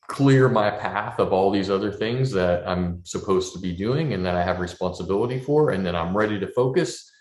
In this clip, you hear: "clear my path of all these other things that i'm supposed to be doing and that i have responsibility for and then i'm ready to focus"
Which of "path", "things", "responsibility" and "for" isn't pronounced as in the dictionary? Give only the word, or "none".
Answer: none